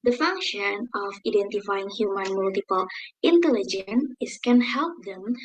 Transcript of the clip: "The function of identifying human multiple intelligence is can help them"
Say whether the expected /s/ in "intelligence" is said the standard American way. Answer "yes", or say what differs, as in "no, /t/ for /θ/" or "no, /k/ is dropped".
no, /s/ is dropped